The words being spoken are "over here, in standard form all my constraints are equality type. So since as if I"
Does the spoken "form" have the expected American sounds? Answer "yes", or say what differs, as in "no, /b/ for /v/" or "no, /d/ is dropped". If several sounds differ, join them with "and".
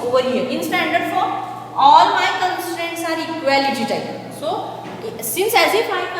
no, /m/ is dropped